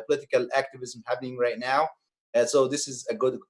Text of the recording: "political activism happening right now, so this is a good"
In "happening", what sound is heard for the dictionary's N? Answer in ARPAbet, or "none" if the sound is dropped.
N